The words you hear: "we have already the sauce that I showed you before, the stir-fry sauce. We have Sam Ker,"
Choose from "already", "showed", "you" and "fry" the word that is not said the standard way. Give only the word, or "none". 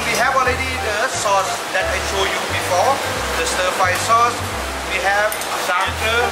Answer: fry